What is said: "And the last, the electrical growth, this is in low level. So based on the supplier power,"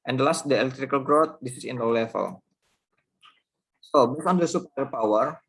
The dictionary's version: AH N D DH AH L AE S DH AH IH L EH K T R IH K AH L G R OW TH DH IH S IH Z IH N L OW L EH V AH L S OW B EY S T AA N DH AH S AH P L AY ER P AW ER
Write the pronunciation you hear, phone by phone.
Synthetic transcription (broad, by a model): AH N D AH L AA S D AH IH L EH K T R IH K AH L G R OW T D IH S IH S IH N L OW L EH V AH L S OW B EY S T AA N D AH S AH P AY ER P AW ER